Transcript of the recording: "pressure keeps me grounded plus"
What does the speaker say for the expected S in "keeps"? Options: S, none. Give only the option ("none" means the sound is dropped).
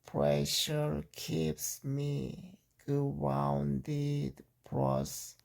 S